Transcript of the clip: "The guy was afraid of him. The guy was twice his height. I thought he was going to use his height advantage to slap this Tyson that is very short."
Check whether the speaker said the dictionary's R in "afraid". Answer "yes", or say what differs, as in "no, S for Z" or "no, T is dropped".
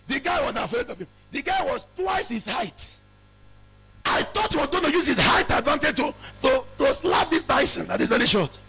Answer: no, R is dropped